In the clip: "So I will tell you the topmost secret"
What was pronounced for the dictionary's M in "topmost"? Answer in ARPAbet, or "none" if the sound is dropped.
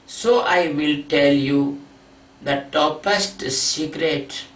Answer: none